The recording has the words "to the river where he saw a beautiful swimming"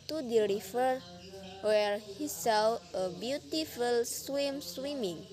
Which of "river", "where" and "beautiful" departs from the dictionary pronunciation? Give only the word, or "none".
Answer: river